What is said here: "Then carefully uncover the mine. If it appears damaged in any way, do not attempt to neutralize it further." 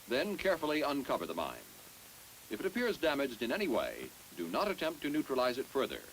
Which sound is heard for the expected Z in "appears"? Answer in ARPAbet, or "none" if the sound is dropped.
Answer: Z